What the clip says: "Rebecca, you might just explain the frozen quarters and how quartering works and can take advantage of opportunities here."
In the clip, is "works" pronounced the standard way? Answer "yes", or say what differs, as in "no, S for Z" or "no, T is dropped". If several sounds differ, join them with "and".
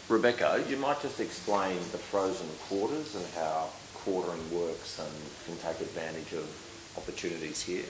yes